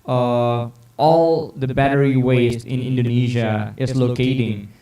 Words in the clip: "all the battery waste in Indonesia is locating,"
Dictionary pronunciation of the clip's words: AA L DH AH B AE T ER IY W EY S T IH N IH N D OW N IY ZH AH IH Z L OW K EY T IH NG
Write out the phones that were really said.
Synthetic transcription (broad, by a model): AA L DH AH B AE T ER IY W EY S IH N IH N D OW N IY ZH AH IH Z L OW K EY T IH NG